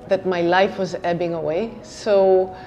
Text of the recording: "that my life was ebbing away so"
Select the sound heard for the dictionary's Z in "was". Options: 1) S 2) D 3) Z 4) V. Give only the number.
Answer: 3